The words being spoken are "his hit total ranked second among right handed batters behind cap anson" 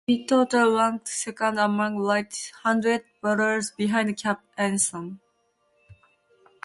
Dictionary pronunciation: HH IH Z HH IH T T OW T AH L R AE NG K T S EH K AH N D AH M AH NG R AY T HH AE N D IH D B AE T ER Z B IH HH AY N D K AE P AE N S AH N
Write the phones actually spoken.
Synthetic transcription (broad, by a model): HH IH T T OW T AH L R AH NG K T S EH K AH N D AH M AH NG L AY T HH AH N D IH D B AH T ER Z B IH HH AY N D K AE P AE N S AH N